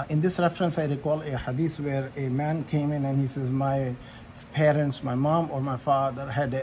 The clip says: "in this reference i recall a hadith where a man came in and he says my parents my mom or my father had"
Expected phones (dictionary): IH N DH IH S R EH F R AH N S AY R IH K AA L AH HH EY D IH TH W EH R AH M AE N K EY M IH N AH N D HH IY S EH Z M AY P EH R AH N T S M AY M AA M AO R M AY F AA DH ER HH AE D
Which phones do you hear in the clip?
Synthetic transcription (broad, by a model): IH N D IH S R EH F R AH N S AY R IH K AA L AH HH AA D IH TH W EH R AH M AE N K EY M IH N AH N HH IY S EH Z M AY P EH R AH N T S M AY M AA M AO R M AY F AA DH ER HH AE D